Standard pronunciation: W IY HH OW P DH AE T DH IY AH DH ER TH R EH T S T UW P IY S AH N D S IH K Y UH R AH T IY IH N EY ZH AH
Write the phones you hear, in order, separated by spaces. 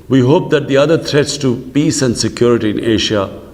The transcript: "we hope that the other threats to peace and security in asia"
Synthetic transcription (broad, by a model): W IY HH OW P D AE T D IY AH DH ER T R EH T S T UW P IY S AH N D S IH K Y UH R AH T IY IH N EY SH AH